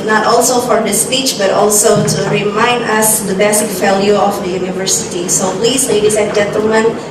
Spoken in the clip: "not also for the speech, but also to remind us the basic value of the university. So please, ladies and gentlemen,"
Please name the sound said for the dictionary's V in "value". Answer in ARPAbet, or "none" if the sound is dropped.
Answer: F